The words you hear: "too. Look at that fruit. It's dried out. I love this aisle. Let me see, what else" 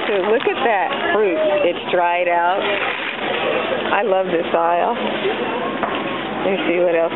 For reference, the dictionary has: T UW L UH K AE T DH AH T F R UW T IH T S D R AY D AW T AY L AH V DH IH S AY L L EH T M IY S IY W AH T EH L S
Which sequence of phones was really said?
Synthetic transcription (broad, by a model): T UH L UH K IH T DH AH T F R UW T IH T S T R AY D AW T AY L AH V DH IH S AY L L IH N S IY W AH T EH L S